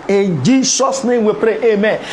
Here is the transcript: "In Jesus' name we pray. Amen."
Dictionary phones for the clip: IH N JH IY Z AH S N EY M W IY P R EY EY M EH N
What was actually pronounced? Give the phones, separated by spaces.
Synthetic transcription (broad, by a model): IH N JH IY S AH S N EY M W IY P R EY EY M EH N